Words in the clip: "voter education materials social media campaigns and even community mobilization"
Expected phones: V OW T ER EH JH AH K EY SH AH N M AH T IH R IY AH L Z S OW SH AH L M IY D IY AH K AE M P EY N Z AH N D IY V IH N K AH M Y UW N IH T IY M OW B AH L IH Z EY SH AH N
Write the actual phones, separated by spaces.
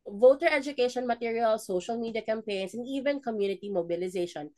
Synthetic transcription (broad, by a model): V OW T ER EH JH AH K EY SH AH N M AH T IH R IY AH L S OW SH AH L M IY D IY AH K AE M P EY N S AH N D IY V IH N K AH M Y UW N IH T IY M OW B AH L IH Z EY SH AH N